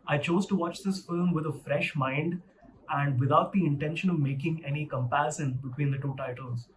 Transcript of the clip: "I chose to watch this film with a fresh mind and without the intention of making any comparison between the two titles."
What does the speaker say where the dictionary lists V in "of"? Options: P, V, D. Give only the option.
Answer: V